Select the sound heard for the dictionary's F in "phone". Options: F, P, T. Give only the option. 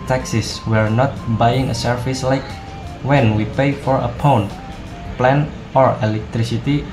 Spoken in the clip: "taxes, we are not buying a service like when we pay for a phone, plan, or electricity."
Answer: P